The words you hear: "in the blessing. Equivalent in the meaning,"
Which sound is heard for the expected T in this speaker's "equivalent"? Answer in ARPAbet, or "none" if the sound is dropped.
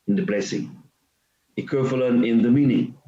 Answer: none